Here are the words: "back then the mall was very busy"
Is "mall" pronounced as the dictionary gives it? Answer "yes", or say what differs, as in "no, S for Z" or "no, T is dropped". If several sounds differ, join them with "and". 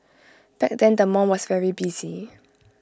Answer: no, N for L